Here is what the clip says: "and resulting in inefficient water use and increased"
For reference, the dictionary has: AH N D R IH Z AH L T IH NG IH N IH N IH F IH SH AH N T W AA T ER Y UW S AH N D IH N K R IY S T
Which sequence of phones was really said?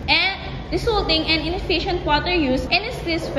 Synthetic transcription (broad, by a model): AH N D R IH S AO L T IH NG IH N IH N IH F IH SH AH N T W AA T ER Y UW S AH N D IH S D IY S